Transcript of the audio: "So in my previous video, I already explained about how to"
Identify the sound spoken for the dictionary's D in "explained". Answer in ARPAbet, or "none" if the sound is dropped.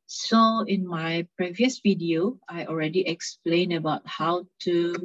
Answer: none